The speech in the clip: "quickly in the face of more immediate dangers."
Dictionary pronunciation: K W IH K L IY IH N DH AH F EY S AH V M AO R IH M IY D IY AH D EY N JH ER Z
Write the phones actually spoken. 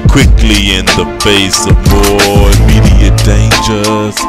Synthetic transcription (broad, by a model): K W IH K L IY IH N DH AH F EY S AH V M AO IH M IY D IY AH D EY N JH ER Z